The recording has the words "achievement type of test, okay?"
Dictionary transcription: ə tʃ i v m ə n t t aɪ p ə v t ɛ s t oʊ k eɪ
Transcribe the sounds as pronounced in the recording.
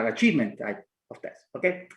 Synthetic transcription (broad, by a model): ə tʃ i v m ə n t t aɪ ə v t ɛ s oʊ k eɪ